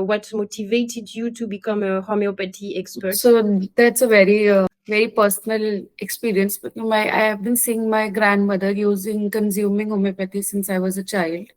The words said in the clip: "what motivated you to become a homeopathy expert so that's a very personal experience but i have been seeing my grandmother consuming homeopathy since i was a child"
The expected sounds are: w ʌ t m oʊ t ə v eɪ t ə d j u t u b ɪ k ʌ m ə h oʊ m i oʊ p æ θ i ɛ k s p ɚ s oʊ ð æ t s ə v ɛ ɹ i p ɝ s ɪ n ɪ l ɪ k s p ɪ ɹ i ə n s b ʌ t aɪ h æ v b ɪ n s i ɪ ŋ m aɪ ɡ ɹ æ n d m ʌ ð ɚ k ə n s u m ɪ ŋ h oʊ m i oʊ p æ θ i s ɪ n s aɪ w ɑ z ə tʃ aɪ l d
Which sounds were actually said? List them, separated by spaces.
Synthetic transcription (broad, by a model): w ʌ t m oʊ t ə v eɪ t ə d j u t u b ɪ k ʌ m ə h oʊ m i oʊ p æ t i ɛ k s p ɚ s oʊ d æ t s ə v ɛ ɹ i p ɝ s ɪ n ɪ l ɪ k s p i ɹ i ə n s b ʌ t aɪ h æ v b ɪ n s i ɪ ŋ m aɪ ɡ ɹ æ n d m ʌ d ɚ k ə n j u m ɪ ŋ h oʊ m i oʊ p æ t i s ɪ n s aɪ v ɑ z ə tʃ aɪ l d